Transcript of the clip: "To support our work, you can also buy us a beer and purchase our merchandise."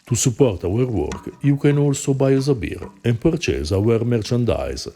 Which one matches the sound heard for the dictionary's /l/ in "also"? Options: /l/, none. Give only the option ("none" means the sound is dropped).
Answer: /l/